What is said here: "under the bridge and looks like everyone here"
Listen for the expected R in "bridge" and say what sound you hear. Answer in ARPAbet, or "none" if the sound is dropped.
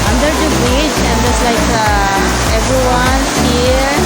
none